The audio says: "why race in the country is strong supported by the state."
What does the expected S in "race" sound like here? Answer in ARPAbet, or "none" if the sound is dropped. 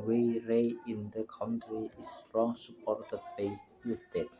none